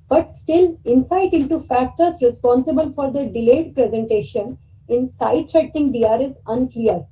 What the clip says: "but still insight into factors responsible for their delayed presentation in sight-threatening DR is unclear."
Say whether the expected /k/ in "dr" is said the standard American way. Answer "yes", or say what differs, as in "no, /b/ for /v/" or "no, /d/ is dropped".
no, /k/ is dropped